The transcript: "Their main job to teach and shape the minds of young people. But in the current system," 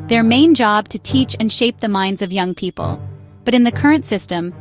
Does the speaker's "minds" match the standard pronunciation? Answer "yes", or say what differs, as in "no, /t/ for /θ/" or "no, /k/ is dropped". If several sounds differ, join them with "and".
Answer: yes